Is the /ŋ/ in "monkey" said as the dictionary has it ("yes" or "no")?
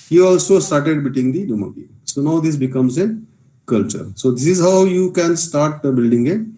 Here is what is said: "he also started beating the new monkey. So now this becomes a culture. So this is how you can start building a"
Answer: no